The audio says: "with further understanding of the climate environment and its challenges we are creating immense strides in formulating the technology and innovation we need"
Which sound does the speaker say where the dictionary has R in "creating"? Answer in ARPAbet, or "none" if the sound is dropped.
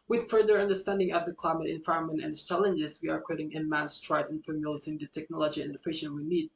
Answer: none